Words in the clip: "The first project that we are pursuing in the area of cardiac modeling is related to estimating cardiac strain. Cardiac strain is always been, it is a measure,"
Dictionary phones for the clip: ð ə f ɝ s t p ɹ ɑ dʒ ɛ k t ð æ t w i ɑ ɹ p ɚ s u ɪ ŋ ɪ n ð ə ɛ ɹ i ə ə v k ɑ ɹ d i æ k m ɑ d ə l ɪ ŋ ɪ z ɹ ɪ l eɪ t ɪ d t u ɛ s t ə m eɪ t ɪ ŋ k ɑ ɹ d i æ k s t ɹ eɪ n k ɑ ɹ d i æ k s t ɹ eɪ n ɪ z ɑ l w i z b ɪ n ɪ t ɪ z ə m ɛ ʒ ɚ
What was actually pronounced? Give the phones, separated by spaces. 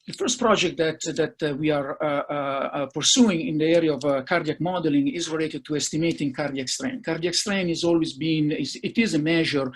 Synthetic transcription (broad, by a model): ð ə f ɝ s t p ɹ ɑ dʒ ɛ k t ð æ t w i ɑ ɹ p ɚ s u ɪ ŋ ɪ n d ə ɛ ɹ i ə ə v k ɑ ɹ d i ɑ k m ɑ d ə l ɪ ŋ ɪ z ɹ ɪ l eɪ t ɪ d t u ɛ s t ə m eɪ t ɪ ŋ k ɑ ɹ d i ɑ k s t ɹ eɪ n k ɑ ɹ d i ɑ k s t ɹ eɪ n ɪ z ɑ l w i z b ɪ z ɪ t ɪ z ə m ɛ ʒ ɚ